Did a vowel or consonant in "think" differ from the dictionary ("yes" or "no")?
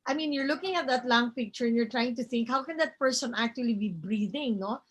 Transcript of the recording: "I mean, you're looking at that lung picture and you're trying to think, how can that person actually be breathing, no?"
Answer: no